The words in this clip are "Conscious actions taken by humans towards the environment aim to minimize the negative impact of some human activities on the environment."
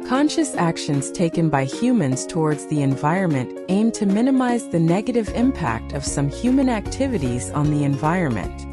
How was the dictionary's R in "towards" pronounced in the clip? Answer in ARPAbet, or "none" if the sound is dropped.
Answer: R